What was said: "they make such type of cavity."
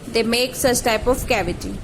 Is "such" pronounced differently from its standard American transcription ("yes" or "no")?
no